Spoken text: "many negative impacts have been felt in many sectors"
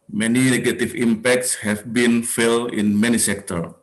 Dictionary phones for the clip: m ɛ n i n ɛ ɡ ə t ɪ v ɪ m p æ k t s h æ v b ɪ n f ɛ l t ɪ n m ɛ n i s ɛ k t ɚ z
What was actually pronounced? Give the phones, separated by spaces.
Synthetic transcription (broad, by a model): m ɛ n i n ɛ ɡ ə t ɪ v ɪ m p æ k t s h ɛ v b ɪ n f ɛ l ɪ n m ɛ n i s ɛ k t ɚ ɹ